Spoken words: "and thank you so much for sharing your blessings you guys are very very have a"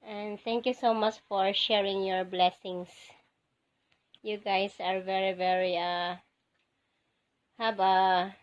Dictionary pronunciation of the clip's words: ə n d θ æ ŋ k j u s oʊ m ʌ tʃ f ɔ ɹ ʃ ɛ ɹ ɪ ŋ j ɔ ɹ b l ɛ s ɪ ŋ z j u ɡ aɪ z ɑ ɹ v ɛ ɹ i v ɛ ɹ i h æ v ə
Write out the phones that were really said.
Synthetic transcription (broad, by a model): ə n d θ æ ŋ k j u s oʊ m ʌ tʃ f ɔ ɹ ʃ ɛ ɹ ɪ ŋ j ɔ ɹ b l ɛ s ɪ ŋ s j u ɡ aɪ s ɑ ɹ v ɛ ɹ i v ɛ ɹ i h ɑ b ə